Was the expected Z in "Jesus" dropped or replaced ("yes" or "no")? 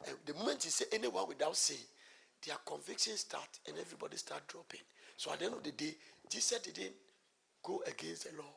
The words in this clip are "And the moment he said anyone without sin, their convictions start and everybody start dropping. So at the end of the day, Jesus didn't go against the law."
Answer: yes